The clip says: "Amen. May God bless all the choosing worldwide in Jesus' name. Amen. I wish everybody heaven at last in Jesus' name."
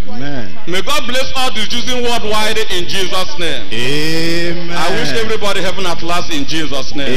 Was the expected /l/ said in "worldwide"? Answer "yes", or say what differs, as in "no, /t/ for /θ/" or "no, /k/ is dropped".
no, /l/ is dropped